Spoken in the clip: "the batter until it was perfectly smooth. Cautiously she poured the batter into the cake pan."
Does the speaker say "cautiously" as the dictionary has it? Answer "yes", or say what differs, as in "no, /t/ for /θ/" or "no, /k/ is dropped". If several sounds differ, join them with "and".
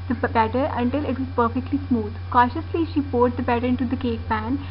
yes